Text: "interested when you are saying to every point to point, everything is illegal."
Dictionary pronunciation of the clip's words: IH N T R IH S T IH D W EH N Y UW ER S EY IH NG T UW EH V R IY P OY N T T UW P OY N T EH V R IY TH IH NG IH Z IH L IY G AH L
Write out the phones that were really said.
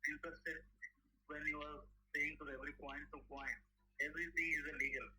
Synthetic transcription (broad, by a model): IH N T R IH S T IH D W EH N Y UW ER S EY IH NG T UW EH V R IY P OY N T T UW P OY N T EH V R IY T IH NG IH Z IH L IY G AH L